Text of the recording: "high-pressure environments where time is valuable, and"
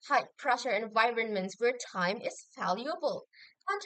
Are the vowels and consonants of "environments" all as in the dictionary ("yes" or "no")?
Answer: yes